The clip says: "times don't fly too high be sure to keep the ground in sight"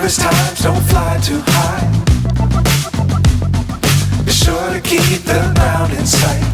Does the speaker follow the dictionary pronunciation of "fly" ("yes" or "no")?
yes